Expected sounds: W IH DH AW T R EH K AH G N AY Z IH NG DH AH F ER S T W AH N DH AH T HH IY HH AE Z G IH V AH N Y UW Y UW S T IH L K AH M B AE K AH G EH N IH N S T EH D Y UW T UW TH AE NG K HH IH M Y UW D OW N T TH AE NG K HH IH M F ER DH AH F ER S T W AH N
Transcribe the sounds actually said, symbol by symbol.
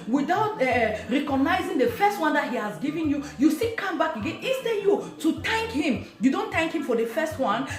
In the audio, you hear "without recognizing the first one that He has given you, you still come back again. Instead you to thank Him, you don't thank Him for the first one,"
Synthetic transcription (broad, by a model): W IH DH AW T R EH K AH G N AY Z IH NG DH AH F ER S T W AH N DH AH T HH IY HH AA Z G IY V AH N Y UW Y UW S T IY K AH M B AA K AH G EH N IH S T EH Y UW T UW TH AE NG K HH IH M Y UW D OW N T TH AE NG K HH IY M F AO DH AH F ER S T W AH N